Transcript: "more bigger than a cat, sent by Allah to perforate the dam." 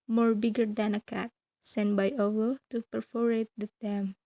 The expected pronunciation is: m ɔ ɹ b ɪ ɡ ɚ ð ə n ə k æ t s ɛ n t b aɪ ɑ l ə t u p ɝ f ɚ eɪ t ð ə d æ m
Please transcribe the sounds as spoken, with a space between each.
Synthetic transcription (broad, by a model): m ɔ ɹ b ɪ ɡ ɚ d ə n ə k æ t s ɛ n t b aɪ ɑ w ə t u p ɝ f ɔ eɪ t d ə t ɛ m